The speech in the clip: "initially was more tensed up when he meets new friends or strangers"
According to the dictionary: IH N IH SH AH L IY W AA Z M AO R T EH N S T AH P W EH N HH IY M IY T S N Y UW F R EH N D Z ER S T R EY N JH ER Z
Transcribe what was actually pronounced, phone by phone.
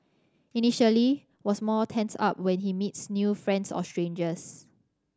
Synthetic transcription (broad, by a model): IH N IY SH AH L IY W AA S M AO T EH N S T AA P W EH N HH IY M IY T S N Y UW F R EH N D S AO S T R EY N JH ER S